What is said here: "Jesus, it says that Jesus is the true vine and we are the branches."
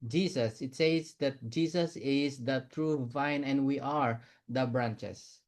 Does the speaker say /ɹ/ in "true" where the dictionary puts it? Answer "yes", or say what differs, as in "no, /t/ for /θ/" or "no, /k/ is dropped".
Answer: yes